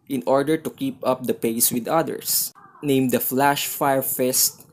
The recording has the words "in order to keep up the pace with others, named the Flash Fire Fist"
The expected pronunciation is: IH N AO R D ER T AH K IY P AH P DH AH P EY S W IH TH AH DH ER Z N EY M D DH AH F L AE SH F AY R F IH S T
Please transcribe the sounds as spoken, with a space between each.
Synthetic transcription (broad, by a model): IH N AO R D ER T AH K IY P AH P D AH P EY S W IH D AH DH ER S N EY M D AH F L AE SH F AY R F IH S T